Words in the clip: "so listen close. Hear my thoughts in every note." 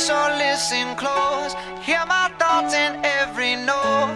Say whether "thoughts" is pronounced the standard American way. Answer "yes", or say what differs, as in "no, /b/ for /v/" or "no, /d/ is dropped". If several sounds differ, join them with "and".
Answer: no, /s/ is dropped